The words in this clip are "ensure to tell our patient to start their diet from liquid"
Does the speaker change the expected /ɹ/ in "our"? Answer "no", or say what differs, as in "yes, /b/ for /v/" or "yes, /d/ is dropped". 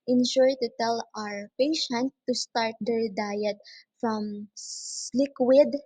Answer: no